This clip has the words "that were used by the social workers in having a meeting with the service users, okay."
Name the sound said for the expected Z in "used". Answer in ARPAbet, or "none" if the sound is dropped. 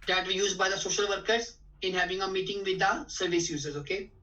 Z